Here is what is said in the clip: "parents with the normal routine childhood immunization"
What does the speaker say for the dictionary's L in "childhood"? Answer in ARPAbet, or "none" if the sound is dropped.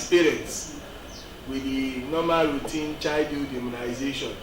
none